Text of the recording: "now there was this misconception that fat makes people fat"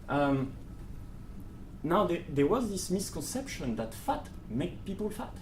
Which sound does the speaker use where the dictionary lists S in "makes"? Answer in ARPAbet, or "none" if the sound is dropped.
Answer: none